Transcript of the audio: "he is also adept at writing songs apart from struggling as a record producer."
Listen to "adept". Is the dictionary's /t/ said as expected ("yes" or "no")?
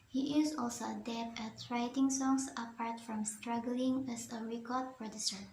no